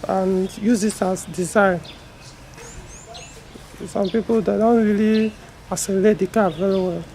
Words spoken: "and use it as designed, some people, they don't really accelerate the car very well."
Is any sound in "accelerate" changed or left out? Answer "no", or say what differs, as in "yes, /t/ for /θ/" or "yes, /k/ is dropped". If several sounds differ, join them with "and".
yes, /k/ is dropped